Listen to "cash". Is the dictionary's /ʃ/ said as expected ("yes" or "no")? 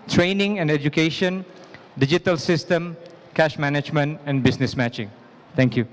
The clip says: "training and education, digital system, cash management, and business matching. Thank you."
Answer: yes